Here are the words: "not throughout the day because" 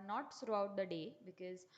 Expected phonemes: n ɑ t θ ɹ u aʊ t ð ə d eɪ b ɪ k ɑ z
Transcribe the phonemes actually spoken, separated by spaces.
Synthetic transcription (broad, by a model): n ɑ t s ɹ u aʊ t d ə d eɪ b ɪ k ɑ z